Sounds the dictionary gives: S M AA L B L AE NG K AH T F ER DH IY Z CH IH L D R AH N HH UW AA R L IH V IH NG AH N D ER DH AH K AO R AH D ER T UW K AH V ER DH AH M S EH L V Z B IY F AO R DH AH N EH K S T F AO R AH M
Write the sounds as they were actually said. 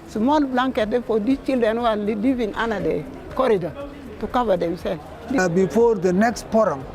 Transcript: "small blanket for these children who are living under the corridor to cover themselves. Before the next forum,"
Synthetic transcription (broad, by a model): S M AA L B L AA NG K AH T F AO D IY CH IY L D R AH N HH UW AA L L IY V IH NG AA N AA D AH K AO R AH D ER T UW K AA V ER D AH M S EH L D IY B IY F AO R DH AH N EH K S T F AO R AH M